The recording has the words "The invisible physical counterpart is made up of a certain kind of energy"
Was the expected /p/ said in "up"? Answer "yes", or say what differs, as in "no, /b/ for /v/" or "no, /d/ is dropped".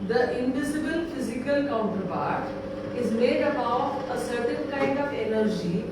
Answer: no, /b/ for /p/